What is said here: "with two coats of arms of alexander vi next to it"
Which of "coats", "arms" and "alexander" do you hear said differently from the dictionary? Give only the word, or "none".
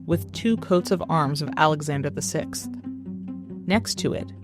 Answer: none